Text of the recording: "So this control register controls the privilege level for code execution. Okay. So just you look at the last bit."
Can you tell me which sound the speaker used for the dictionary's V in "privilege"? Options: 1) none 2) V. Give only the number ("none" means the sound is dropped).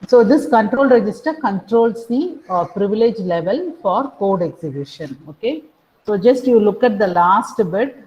2